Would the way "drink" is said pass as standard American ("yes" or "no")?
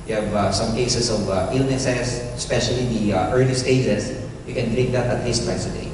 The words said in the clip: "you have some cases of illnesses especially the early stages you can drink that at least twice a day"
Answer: no